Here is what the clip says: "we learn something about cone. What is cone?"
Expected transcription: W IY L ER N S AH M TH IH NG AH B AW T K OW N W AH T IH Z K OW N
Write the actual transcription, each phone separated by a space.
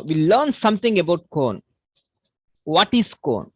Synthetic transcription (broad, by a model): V IY L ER N S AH M T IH NG AH B AW T K OW N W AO T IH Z K OW N